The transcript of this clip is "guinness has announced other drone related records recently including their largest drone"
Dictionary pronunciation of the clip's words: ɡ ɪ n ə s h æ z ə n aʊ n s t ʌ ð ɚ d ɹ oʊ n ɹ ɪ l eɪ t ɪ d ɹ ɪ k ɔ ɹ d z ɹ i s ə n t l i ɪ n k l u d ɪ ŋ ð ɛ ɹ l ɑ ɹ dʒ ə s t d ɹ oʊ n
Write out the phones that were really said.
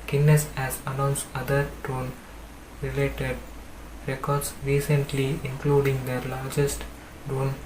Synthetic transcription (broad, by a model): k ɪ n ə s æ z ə n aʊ n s ʌ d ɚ d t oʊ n ɹ ɪ l eɪ t ɪ d ɹ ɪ k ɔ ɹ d s ɹ i s ə n t l i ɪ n k l u d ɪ ŋ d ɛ ɹ l ɑ ɹ dʒ ə s t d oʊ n